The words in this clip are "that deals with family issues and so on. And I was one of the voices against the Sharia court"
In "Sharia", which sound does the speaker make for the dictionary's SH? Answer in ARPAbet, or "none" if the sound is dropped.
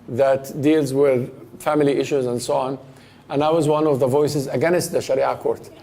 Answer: SH